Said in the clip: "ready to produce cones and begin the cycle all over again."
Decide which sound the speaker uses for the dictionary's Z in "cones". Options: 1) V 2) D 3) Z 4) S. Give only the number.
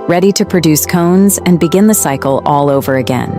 3